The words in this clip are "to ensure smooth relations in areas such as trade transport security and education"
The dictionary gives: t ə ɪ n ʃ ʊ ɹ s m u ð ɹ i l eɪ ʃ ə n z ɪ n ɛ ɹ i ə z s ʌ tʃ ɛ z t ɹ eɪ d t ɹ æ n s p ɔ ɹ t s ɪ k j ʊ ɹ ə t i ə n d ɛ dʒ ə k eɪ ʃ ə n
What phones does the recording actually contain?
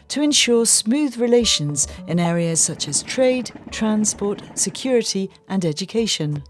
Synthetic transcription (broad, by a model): t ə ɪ n ʃ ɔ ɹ s m u ð ɹ i l eɪ ʃ ə n z ɪ n ɛ ɹ i ə z s ʌ tʃ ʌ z t ɹ eɪ d t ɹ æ n s p ɔ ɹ t s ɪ k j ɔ ɹ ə t i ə n ɛ dʒ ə k eɪ ʃ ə n